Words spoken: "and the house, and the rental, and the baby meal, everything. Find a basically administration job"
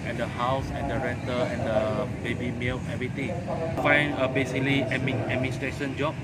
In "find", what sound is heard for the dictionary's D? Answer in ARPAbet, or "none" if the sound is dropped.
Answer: none